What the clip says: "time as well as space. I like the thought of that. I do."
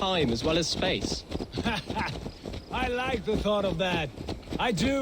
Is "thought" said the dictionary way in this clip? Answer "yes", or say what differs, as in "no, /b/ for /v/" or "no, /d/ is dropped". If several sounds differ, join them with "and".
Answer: yes